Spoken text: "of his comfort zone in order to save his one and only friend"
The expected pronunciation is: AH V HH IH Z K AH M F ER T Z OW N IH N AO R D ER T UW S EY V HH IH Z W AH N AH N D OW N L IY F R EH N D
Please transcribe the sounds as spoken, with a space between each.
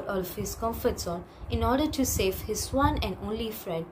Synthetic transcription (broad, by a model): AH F HH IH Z K AH M F ER T S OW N IH N AO R D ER T UW S EY V HH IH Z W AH N AH N D OW N L IY F R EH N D